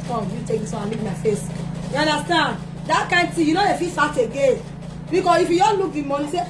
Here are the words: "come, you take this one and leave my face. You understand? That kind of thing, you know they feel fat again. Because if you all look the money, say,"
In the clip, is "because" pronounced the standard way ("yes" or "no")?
no